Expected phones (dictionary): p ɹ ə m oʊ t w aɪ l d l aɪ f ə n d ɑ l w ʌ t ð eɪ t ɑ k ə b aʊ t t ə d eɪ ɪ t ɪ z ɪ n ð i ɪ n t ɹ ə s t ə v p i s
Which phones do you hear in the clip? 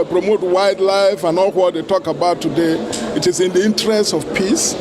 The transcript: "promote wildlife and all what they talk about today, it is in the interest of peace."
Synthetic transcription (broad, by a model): p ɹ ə m oʊ t w aɪ d l aɪ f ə n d ɑ l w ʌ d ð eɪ t ɑ k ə b aʊ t t ə d eɪ ɪ t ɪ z ɪ n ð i ɪ n t ɹ ə s t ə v p i s